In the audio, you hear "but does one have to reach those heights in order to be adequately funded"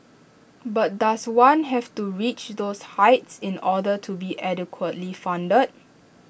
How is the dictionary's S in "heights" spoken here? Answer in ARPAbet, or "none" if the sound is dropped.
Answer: S